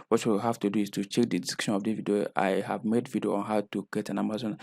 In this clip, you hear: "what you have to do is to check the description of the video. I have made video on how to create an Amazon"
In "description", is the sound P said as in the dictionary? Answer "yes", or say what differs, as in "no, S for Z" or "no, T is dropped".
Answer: no, P is dropped